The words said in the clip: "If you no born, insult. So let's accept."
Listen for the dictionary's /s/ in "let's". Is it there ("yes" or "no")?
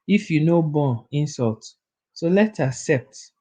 no